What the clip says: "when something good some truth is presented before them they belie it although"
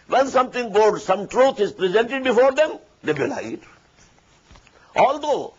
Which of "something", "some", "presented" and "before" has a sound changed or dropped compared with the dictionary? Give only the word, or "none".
something